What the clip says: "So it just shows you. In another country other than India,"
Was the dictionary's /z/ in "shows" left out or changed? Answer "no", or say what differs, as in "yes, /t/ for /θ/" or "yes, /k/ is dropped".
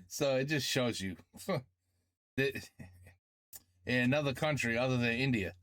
no